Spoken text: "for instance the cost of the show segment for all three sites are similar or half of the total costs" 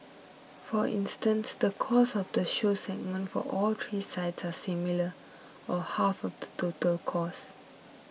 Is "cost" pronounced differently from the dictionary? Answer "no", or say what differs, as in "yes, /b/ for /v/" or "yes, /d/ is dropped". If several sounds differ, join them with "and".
yes, /t/ is dropped